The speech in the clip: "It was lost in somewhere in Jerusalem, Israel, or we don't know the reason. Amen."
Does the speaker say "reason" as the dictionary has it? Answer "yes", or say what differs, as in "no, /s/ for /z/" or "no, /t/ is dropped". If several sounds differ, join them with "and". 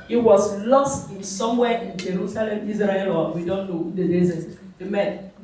no, /l/ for /ɹ/